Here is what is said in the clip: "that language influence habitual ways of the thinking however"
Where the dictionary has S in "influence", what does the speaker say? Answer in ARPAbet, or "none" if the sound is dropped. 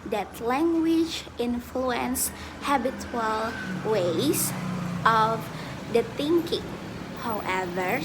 S